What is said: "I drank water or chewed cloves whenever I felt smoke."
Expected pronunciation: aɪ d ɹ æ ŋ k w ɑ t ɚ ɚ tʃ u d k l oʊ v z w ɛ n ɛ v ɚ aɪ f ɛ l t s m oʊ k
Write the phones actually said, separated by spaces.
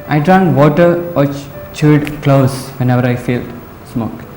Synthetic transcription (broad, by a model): aɪ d ɹ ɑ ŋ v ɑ t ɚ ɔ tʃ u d k l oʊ z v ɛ n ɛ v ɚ aɪ f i l s m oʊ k